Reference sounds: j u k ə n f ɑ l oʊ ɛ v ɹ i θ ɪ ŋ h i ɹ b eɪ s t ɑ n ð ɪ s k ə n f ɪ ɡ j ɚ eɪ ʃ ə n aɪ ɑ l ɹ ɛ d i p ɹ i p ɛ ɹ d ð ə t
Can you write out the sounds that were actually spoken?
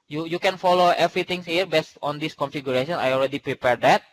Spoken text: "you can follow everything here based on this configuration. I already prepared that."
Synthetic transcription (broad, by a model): j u k ə n f ɑ l oʊ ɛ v ɹ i t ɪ ŋ h i ɹ b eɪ s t ɑ n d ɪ s k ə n f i ɡ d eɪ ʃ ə n aɪ ɑ l ɹ ɛ d i p ɹ i p ɛ ɹ d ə t